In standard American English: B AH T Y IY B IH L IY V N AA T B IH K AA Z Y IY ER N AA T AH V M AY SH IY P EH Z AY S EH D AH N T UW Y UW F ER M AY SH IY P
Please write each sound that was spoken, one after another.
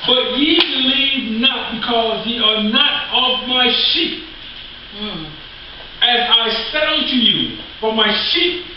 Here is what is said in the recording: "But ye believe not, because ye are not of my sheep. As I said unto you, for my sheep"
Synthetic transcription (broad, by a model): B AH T Y IY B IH L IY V N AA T B IH K AA Z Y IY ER N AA T AH V M AY SH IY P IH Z AY S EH IH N T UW Y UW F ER M AY SH IY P